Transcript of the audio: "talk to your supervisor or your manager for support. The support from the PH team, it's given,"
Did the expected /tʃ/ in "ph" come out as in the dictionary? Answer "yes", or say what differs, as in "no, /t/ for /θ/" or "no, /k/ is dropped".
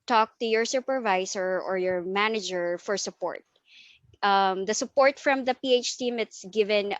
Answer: yes